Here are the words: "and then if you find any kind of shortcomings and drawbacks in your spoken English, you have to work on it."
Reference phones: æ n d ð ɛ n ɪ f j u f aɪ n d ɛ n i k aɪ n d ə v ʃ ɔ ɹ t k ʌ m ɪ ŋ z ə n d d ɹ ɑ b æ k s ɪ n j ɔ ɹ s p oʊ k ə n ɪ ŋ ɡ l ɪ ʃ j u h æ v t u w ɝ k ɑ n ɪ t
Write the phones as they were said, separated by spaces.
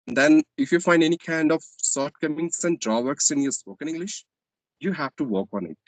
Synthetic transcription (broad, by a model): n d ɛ n ɪ f j u f aɪ n d ɛ n i k aɪ n d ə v s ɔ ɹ t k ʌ m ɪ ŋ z ə n d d ɹ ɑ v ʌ k s ɪ n j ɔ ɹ s p oʊ k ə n ɪ ŋ ɡ l ɪ ʃ j u h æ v t u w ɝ k ɑ n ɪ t